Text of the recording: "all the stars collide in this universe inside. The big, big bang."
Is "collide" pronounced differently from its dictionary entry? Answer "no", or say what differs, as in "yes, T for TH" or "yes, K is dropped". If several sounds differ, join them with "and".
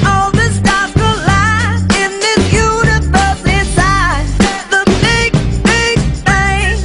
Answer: yes, D is dropped